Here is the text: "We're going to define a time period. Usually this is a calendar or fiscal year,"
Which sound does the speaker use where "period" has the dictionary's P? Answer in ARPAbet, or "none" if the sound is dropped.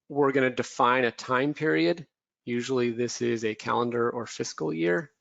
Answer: P